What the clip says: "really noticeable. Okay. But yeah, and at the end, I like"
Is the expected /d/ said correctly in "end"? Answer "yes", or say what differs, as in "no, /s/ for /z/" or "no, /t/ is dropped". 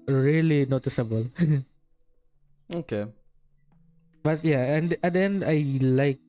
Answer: no, /d/ is dropped